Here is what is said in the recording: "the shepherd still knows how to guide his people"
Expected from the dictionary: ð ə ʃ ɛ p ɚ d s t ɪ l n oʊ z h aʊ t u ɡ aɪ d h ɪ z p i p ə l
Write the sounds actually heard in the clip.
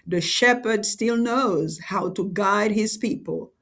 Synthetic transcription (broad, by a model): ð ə ʃ ɛ p ɚ d s t ɪ l n oʊ z h aʊ t u ɡ aɪ d h ɪ z p i p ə l